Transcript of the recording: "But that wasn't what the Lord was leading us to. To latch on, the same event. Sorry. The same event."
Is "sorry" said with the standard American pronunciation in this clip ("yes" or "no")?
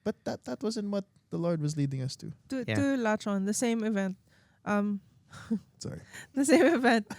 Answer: yes